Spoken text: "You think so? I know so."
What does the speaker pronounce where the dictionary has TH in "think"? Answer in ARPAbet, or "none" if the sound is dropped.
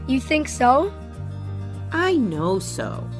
TH